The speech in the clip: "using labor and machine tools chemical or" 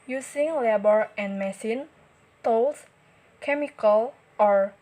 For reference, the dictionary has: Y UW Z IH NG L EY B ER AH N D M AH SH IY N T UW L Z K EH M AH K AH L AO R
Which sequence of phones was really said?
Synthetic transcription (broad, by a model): Y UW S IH NG L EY B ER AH N M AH S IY N T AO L S K EH M AH K AH L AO R